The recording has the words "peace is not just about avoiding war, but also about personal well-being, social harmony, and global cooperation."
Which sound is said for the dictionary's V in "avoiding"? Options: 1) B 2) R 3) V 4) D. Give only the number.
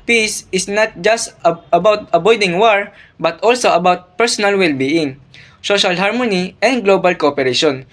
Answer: 1